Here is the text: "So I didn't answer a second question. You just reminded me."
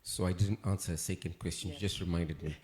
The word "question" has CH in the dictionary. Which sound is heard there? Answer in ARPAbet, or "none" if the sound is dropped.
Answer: CH